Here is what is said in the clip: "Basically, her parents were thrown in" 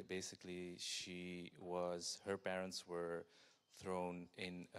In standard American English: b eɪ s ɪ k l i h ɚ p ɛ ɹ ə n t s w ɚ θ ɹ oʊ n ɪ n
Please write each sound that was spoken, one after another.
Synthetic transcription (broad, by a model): b eɪ s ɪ k l i h ɚ p ɛ ɹ ə n t s w ɚ θ ɹ oʊ n ɪ n